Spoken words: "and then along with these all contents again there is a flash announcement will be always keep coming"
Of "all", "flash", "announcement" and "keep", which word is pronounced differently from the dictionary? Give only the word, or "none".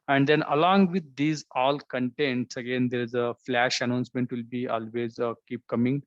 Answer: none